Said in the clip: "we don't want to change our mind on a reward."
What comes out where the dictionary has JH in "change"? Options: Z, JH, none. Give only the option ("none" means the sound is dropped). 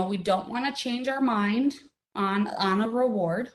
JH